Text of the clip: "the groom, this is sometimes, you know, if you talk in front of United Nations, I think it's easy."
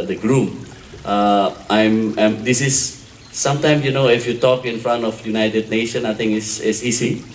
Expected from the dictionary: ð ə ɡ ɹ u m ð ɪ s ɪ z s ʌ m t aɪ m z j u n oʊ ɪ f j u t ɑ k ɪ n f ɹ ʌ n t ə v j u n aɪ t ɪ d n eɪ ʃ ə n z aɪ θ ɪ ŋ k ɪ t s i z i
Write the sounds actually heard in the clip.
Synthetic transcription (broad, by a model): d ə ɡ ɹ u m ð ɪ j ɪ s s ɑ m t aɪ m s j u n oʊ ɪ f j u t ɑ k ɪ n f ɹ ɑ n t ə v j u n aɪ t ɪ d n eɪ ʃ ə n aɪ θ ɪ ŋ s ɪ t s i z i